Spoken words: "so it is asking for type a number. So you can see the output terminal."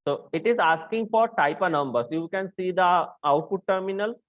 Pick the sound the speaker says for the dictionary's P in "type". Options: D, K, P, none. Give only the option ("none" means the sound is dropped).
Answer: P